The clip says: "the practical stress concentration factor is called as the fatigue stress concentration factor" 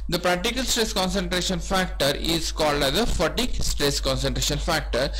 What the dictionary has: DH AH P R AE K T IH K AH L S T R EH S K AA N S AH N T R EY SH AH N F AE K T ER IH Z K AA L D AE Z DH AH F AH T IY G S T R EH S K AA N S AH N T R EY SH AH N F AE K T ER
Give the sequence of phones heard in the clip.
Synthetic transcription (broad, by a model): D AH P R AE K T IH K AH L S T R EH S K AA N S AH N T R EY SH AH N F AE K T ER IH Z K AA L D AE Z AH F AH T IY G S T R EH S K AA N S AH N T R EY SH AH N F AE K T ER